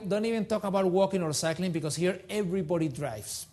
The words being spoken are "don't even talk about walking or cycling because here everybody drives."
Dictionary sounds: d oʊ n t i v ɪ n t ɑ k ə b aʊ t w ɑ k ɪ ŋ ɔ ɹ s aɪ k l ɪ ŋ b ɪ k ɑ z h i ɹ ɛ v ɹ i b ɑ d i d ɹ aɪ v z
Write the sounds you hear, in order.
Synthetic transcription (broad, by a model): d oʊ n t i v ɪ n t ɑ k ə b aʊ t w ɑ k ɪ ŋ ɔ ɹ s aɪ k l ɪ ŋ b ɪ k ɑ s h i ɹ ɛ v ɹ i b ɑ d i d ɹ aɪ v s